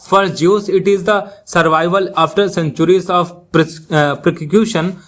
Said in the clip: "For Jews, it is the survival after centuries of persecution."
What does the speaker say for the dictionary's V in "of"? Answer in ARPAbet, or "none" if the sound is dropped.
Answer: P